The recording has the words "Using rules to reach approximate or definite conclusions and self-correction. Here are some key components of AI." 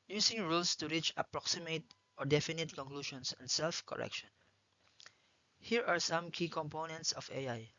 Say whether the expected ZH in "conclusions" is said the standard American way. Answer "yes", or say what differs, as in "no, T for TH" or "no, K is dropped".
no, SH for ZH